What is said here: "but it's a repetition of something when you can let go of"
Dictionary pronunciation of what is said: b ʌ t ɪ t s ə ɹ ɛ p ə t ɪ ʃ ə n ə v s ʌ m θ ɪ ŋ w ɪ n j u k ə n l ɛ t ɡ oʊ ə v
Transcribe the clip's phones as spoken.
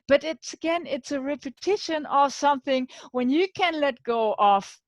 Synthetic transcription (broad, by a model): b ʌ t ɪ t s ə ɹ ɛ p ə t ɪ ʃ ə n ə v s ʌ m θ ɪ ŋ w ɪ n j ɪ k ə n l ɛ t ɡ oʊ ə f